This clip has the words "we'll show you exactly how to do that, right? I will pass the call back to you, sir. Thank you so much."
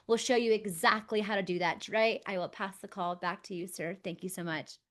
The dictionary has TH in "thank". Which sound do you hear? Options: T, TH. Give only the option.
TH